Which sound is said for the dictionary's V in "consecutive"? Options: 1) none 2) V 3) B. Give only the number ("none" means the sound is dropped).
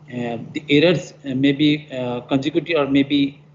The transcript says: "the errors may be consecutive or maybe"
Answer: 1